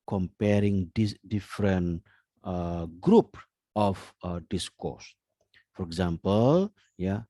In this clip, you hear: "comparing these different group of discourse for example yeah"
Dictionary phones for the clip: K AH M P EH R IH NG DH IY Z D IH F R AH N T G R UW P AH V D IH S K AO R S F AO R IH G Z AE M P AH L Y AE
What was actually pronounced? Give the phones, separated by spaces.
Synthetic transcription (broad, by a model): K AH M P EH R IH NG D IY D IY F R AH N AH G R UW P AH F D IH S K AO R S F AO R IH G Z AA M P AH L Y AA